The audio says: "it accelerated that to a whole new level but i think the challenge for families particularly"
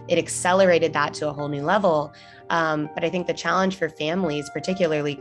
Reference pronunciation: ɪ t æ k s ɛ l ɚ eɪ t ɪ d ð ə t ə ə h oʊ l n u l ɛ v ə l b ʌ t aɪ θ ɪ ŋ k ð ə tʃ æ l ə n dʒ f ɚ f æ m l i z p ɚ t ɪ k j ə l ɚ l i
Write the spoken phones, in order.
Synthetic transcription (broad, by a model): ɪ t æ k s ɛ l ɚ eɪ t ɪ d ð ə t ə ə h oʊ l n u l ɛ v l b ʌ t aɪ θ ɪ ŋ k ð ə tʃ æ l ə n ʒ f ɚ f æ m l i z p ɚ t ɪ k j l ɚ l i